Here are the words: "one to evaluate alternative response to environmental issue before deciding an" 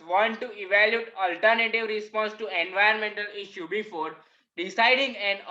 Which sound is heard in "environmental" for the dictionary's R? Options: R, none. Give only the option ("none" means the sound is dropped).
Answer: none